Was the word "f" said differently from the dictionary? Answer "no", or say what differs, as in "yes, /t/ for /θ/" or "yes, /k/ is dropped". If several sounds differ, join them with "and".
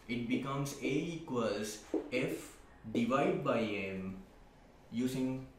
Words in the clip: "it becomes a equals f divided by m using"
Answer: no